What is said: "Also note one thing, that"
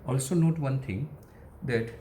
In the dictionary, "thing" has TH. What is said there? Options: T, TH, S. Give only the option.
T